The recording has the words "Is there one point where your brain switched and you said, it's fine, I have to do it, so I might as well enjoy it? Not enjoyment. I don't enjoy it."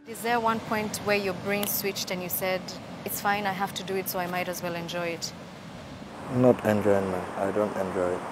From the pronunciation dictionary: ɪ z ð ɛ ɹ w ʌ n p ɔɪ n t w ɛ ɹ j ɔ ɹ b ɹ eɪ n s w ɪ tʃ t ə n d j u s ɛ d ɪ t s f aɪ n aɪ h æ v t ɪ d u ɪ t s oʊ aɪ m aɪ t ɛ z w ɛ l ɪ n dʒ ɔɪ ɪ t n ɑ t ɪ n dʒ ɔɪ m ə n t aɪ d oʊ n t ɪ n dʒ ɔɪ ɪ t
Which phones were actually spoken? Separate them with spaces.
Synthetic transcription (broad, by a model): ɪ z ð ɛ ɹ w ʌ n p ɔɪ n t w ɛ ɹ j ɔ ɹ b ɹ eɪ n s w ɪ tʃ t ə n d j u s ɛ d ɪ t s f aɪ n aɪ h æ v t ɪ d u ɪ t s oʊ aɪ m aɪ t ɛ z w ɛ l ɪ n dʒ ɔɪ ɪ t n ɑ t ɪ n dʒ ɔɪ m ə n aɪ d oʊ n t ɪ n dʒ ɔɪ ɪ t